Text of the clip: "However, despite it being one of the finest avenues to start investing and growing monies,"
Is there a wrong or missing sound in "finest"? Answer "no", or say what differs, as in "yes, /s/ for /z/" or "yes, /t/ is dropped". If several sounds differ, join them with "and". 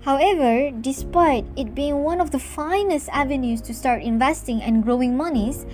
no